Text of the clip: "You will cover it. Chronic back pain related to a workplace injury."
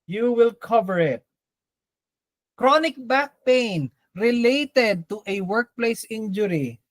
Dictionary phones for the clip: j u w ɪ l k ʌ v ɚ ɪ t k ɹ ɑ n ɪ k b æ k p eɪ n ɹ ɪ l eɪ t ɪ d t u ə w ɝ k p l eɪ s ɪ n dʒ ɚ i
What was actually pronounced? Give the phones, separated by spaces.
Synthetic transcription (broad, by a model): j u w ɪ l k ʌ v ɚ ɪ t k ɹ ɑ n ɪ k b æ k p eɪ n ɹ ɪ l eɪ t ɪ d t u ə w ɝ k p l eɪ s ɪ n dʒ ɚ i